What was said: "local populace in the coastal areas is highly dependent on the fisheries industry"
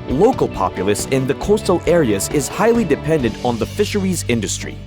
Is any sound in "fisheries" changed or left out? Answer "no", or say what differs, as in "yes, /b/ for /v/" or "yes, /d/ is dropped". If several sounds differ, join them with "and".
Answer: no